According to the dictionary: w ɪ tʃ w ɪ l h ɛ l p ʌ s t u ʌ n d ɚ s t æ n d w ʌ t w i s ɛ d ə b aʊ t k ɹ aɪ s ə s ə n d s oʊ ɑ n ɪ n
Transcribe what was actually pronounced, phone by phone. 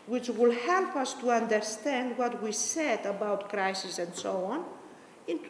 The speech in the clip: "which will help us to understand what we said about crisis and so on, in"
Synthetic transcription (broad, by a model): w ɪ tʃ w ɪ l h ɛ l p ʌ s t u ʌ n d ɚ s t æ n d w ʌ t w i s ɛ d ə b aʊ t k ɹ aɪ s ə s ə n d s oʊ ɑ n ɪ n